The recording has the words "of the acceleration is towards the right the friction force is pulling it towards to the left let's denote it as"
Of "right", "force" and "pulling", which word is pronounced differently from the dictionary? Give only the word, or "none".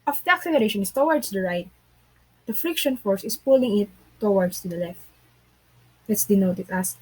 none